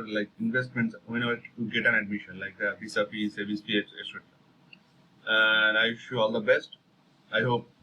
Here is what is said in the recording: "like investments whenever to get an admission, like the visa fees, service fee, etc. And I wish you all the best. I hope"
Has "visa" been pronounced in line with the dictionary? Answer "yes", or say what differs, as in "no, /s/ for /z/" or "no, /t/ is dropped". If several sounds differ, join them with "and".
no, /p/ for /v/ and /s/ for /z/